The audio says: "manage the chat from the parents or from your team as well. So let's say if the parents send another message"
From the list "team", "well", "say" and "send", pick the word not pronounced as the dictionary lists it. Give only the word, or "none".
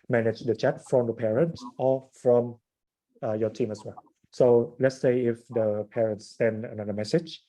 none